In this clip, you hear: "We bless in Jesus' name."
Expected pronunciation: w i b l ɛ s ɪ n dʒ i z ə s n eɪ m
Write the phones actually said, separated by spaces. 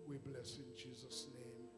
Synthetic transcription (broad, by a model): w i b l ɛ s ɪ n dʒ i z ə s n eɪ m